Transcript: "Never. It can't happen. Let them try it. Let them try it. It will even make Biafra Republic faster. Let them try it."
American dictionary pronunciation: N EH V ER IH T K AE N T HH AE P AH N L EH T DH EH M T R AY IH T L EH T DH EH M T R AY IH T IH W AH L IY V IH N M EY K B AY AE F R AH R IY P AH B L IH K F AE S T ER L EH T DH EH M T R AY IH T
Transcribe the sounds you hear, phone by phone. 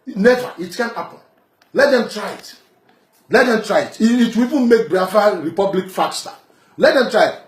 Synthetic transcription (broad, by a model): N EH V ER IH T K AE N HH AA P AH N L EH T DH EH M T R AY IH T L EH T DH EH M T R AY IH T IH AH W IY V IH N M EY K B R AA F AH R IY P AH B L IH K F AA S T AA L EH T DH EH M T R AY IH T